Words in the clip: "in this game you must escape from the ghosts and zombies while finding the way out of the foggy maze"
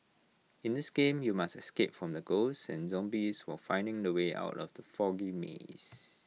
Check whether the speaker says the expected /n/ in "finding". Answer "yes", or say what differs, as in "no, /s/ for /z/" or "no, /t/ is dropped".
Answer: yes